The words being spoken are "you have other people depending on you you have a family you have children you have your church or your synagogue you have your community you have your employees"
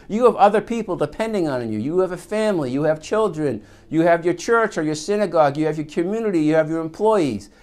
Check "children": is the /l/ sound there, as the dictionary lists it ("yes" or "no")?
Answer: yes